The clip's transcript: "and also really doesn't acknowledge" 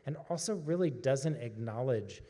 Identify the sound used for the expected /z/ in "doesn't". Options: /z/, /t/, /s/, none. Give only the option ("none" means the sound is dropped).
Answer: /z/